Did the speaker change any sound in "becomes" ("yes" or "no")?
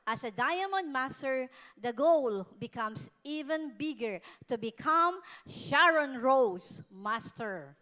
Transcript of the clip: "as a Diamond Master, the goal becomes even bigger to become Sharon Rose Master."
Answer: yes